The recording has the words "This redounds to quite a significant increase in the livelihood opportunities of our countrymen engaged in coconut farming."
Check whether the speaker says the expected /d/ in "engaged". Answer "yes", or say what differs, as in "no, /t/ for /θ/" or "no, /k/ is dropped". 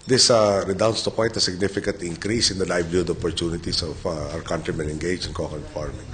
no, /d/ is dropped